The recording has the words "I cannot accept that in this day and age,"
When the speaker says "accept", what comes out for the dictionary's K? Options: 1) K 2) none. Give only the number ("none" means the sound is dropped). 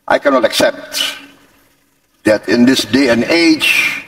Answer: 1